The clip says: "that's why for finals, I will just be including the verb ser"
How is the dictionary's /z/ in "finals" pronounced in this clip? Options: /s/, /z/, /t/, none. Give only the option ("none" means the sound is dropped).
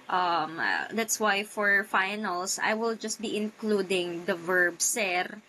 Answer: /s/